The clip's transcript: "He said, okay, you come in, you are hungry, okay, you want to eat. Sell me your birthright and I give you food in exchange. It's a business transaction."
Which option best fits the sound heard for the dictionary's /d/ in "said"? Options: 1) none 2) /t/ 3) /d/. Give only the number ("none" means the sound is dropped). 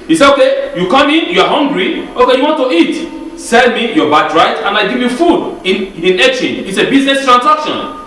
1